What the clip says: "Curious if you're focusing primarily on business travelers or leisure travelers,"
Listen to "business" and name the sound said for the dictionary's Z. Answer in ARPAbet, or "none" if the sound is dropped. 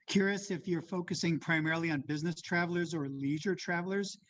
Z